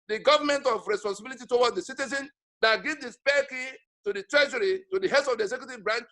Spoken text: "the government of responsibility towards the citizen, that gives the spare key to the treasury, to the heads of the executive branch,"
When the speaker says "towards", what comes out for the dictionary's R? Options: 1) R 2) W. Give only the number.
2